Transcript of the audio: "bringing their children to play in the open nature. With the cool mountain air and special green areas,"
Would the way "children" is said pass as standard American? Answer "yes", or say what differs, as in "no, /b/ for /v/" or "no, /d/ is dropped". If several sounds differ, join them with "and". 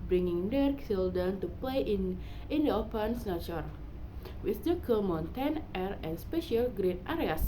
no, /s/ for /tʃ/ and /ɹ/ is dropped